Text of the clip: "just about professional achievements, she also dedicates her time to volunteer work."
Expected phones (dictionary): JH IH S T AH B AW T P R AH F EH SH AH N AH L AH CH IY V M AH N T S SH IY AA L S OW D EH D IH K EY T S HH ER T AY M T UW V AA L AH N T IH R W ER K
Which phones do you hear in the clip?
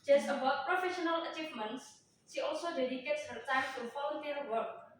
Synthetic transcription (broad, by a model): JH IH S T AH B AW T P R AH F EH SH AH N AH L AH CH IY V M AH N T S SH IY AA L S OW D EH D IH K EY T S HH ER T AY M T UW F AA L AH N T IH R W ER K